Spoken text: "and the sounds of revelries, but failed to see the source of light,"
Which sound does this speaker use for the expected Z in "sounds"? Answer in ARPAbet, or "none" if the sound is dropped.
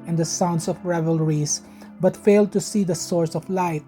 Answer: S